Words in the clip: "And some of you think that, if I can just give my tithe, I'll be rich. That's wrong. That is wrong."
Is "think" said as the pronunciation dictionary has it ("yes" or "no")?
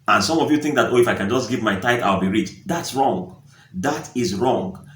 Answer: yes